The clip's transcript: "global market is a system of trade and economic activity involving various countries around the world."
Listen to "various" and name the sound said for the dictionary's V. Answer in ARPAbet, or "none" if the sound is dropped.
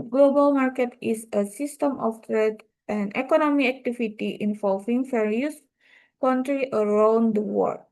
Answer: F